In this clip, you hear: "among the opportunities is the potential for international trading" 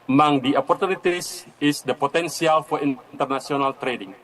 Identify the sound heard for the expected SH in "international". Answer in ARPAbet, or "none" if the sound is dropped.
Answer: S